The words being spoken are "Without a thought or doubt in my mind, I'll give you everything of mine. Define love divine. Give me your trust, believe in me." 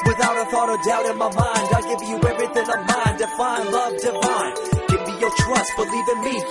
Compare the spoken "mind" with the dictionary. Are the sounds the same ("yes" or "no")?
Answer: yes